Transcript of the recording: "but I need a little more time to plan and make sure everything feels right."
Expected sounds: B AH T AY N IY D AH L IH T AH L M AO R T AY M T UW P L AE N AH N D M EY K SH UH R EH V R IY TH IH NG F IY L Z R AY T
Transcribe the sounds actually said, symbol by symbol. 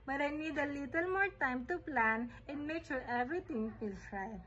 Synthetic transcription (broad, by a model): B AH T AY N IY D AH L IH T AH L M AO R T AY M T UW P L AE N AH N M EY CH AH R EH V R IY T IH NG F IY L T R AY